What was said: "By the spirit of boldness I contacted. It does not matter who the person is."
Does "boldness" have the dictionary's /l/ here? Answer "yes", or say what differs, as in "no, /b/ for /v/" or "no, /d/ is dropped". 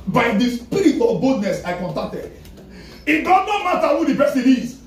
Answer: no, /l/ is dropped